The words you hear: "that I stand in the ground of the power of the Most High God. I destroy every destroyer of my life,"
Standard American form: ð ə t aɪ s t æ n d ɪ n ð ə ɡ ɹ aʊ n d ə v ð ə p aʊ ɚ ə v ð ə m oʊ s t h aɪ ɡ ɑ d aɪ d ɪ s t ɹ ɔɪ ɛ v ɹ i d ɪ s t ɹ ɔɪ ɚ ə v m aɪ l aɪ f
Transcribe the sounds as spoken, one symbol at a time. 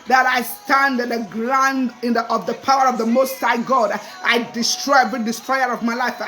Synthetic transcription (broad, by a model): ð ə t aɪ s t æ n d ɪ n ð ə ɡ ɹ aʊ n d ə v ð ə p aʊ ɚ ə v ð ə m oʊ s t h aɪ ɡ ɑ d aɪ d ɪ s t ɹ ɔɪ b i d ɪ s t ɹ ɔɪ ɚ ə v m aɪ l aɪ f